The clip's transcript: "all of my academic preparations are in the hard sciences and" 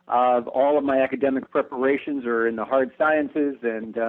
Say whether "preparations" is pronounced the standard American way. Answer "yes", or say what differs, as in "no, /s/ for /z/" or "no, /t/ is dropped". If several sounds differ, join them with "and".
yes